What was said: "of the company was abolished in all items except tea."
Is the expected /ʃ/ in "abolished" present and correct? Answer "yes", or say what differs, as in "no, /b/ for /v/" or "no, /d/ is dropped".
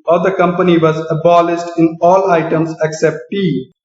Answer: no, /s/ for /ʃ/